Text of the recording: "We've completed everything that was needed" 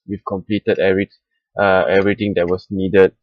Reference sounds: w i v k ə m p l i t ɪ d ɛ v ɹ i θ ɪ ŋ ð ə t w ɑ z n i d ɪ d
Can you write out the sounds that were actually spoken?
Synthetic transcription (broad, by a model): w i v k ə m p l i t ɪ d ɛ v ɹ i t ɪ ŋ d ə t w ɑ s n i d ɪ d